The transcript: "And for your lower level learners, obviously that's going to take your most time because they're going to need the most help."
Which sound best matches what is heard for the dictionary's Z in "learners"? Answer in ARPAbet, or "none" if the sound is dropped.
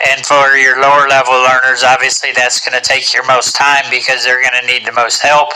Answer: Z